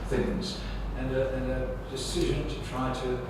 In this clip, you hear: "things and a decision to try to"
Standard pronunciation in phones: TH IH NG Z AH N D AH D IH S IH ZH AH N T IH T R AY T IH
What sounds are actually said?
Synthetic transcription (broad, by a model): TH IH NG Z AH N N AH D IH S IH ZH AH N T IH T R AY T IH